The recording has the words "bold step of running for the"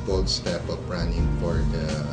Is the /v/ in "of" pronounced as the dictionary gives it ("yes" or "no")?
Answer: no